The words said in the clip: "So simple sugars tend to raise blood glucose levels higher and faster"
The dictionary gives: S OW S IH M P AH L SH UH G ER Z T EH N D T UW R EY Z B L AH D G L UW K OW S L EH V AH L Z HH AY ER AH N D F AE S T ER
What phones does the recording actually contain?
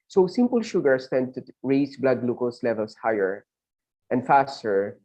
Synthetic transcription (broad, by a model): S OW S IH M P AH L SH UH G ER S T EH N D T UW R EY S B L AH D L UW K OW S L EH V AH L S HH AY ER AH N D F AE S T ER